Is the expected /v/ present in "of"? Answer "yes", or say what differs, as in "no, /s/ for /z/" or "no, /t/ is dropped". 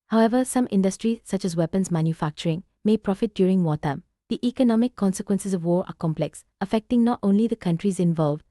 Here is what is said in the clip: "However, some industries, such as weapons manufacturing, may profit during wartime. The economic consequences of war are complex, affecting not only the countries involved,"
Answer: yes